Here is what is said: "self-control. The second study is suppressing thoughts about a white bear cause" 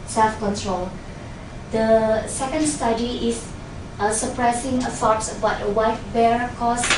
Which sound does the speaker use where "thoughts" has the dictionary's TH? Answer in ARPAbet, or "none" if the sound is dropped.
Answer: S